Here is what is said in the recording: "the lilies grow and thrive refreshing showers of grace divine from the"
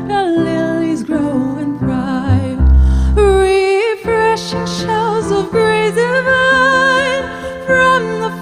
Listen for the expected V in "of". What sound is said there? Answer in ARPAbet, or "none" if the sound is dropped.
V